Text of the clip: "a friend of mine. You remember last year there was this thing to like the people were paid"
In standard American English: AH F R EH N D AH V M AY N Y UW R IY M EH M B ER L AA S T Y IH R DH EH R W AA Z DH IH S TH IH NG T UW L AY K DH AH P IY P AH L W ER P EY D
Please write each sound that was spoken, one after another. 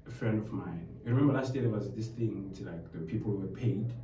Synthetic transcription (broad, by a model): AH F R EH N D AH V M AY N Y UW R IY M EH M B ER L AA S T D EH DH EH W AA Z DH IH S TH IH NG T UW L AY K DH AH P IY P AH L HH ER P EY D